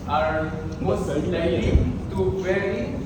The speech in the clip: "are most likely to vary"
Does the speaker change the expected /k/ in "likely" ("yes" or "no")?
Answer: yes